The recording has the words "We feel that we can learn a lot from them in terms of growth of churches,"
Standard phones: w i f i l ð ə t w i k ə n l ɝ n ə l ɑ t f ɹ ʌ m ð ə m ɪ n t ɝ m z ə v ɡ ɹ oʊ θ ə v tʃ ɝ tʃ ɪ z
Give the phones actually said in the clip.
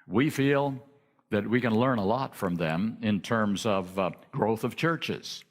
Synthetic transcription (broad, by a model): w i f i l ð ə t w i k ə n l ɝ n ə l ɑ t f ɹ ʌ m ð ə m ɪ n t ɝ m z ə v ɡ ɹ oʊ θ ə v tʃ ɝ tʃ ɪ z